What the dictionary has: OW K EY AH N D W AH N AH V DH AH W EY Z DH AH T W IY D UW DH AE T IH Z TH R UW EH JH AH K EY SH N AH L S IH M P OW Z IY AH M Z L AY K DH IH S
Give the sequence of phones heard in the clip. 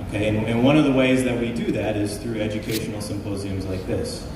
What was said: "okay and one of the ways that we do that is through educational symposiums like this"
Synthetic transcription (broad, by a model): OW K EY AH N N W AH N AH V DH AH W EY Z DH AH T W IY D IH DH AE T IH Z TH R UW EH JH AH K EY SH N L S IH M P OW Z IY AH M Z L AY K DH IH S